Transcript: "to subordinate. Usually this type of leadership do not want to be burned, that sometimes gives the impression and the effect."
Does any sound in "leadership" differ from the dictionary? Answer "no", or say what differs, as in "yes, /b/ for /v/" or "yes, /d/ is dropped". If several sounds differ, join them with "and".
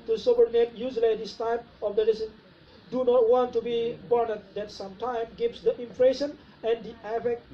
yes, /s/ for /ʃ/